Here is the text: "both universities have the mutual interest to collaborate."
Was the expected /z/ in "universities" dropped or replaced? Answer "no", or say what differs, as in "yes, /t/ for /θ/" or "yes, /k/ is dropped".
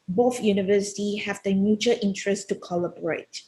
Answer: yes, /z/ is dropped